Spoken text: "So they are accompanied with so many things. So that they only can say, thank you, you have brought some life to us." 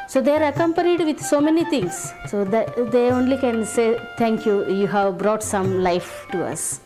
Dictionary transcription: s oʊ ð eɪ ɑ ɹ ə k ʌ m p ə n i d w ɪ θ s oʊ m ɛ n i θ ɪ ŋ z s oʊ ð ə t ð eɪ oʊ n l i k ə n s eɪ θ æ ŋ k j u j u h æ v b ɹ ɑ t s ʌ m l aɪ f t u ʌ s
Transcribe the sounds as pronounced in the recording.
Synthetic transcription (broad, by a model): s oʊ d eɪ ɑ ɹ ə k ʌ m p ə n i d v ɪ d s oʊ m ɛ n i t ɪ ŋ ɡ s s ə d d eɪ oʊ n l i k ə n s eɪ t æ ŋ k j u j u h æ v b ɹ ɑ t s ʌ m l aɪ f t u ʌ s